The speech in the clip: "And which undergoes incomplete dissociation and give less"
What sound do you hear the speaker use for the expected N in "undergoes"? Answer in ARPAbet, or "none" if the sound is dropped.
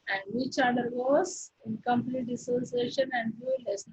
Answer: none